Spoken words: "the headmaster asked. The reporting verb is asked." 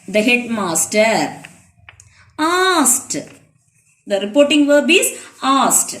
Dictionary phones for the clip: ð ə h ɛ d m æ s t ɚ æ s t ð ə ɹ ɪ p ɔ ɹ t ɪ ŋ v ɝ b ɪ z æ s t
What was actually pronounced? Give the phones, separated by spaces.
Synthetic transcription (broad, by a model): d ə h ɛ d m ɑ s t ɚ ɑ s t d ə ɹ ɪ p ɔ ɹ t ɪ ŋ v ɝ b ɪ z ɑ s t